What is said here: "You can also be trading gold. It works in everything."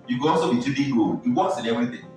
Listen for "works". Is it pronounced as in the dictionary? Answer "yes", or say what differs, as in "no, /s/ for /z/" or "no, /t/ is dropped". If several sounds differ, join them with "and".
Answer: no, /k/ is dropped